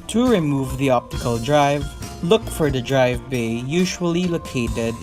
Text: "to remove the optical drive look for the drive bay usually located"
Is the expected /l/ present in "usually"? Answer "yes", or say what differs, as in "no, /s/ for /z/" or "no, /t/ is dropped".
yes